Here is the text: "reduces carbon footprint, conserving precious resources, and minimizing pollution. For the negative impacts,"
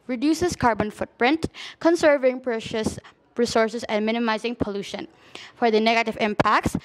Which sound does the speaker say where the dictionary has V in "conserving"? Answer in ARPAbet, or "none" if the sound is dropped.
V